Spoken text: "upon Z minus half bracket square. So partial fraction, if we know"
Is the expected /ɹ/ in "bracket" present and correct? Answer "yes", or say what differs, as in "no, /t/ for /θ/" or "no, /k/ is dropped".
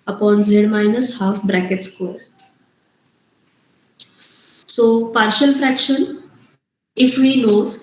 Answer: yes